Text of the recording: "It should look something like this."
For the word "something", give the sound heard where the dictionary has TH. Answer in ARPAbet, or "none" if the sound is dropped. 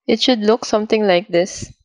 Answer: T